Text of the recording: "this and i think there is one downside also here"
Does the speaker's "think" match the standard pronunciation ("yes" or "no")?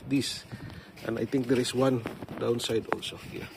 no